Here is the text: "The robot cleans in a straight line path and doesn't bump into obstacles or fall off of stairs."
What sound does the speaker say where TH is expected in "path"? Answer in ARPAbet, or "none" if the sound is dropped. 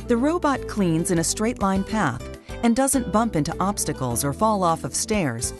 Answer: TH